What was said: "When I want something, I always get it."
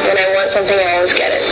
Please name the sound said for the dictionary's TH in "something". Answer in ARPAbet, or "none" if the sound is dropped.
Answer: TH